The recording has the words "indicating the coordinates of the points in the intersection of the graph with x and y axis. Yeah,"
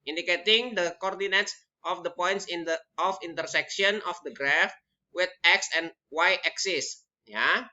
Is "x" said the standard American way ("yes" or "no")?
yes